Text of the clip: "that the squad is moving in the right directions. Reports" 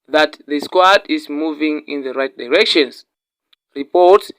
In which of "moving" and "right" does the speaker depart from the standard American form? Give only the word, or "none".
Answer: none